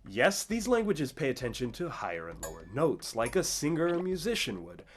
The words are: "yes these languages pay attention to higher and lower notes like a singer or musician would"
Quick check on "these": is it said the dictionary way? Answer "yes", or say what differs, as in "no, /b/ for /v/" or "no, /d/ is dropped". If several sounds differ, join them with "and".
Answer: yes